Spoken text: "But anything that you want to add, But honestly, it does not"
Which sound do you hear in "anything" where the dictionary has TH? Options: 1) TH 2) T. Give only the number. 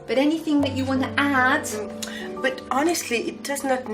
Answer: 1